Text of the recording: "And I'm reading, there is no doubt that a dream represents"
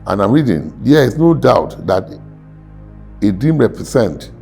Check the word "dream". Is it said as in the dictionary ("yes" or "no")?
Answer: no